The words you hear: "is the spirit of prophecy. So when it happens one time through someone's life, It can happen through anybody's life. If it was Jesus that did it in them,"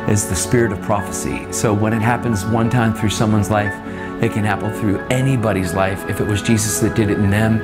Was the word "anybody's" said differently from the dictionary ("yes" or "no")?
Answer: no